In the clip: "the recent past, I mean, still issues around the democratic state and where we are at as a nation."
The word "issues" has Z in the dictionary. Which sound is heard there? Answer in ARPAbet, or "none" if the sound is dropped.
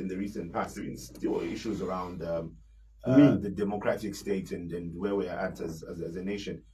Z